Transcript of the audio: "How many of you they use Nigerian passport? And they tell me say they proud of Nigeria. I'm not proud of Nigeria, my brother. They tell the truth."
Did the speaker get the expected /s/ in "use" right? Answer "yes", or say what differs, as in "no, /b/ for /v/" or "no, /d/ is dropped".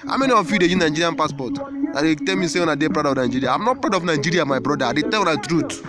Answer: no, /s/ is dropped